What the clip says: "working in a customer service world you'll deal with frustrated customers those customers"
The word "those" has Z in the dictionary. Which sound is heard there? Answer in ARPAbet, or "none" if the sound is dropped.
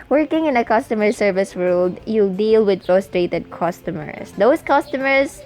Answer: S